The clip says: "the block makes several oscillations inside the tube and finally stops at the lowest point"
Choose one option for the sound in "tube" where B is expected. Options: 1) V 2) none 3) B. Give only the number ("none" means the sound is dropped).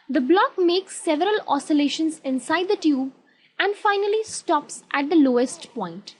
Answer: 3